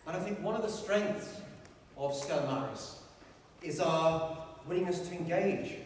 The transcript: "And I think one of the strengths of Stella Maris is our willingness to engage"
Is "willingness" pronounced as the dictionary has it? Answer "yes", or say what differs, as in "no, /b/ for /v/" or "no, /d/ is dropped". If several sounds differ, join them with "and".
no, /n/ is dropped